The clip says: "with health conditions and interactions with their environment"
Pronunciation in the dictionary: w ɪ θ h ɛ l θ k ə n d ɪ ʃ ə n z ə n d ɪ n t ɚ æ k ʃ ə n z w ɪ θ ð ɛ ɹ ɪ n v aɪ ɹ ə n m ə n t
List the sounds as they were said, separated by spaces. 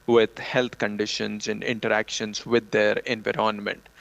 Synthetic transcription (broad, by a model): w ɪ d h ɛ l t k ə n d ɪ ʃ ə n z ə n d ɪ n t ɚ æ k ʃ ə n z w ɪ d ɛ ɹ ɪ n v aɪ ɹ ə n m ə n t